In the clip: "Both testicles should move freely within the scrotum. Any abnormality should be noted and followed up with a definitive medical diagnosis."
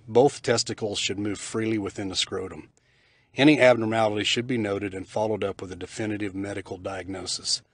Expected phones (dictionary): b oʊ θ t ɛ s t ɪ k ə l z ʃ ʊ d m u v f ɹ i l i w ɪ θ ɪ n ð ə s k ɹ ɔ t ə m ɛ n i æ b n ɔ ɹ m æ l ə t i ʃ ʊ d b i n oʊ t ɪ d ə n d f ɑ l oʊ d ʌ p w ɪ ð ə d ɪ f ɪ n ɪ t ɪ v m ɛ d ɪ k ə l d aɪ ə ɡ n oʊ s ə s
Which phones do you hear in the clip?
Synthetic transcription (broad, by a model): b oʊ θ t ɛ s t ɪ k l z ʃ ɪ d m u v f ɹ i l i w ɪ θ ɪ n ð ə s k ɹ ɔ t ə m ɛ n i æ b n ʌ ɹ æ l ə t i ʃ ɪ d b i n oʊ t ɪ d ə n f ɑ l oʊ d ʌ p w ɪ ð ə d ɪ f ɪ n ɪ t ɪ v m ɛ d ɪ k l d aɪ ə ɡ n oʊ s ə s